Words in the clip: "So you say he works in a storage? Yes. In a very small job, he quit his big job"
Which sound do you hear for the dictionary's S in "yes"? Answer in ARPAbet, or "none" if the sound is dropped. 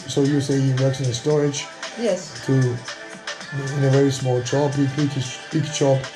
TH